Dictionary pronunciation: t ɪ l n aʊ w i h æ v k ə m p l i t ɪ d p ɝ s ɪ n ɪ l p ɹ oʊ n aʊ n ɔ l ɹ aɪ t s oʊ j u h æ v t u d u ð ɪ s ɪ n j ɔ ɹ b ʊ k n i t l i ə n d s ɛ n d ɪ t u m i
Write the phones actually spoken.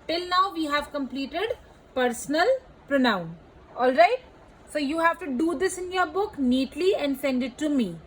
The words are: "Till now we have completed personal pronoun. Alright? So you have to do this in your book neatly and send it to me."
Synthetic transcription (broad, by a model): t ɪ l n aʊ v i h æ v k ə m p l i t ɪ d p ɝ s n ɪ l p ɹ oʊ n aʊ n ɔ l ɹ aɪ t s oʊ j u h æ v t u d u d ɪ s ɪ n j ɔ ɹ b ʊ k n i t l i ə n d s ɛ n d ɪ t u m i